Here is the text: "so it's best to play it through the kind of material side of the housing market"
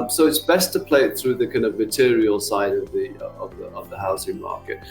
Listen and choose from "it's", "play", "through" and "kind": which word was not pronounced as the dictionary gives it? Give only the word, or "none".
none